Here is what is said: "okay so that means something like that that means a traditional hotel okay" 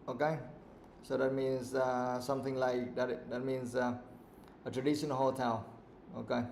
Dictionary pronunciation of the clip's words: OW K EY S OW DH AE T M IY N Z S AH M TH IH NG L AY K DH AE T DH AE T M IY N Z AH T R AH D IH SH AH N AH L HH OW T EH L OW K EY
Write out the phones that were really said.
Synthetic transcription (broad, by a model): OW K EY S OW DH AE T M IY N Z S AH M TH IH NG L AY K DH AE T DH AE T M IY N Z AH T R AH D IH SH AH N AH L HH OW T EH L OW K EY